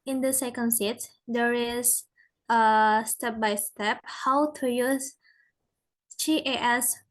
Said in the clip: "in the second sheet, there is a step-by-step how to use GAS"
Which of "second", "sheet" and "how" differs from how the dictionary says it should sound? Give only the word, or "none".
sheet